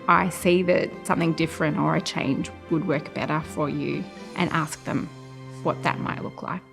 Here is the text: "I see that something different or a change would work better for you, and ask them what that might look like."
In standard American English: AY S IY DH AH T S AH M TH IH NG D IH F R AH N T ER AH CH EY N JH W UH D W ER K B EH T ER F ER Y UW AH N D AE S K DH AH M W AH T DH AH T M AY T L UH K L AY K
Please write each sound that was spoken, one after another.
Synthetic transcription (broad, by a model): AY S IY DH AH T S AH M TH IH NG D IH F R AH N T ER AH CH EY N JH W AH D W ER K B EH T ER F ER Y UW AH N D AE S K DH AH M W AH T DH AH T M AY T L UH K L AY K